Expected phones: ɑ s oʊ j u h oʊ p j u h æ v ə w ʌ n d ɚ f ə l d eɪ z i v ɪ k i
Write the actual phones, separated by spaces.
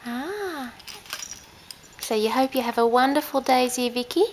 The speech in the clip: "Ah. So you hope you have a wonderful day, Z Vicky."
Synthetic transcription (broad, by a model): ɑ s oʊ j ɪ h oʊ p j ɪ v ə w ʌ n d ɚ f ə l d eɪ z i v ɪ k i